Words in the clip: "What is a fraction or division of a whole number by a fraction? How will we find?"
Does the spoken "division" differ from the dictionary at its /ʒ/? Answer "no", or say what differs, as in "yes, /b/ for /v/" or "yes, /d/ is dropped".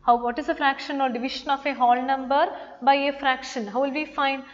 yes, /ʃ/ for /ʒ/